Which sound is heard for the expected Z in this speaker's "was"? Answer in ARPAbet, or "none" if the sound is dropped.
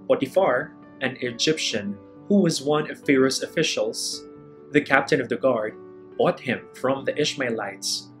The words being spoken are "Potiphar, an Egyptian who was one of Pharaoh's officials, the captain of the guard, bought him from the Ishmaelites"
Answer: Z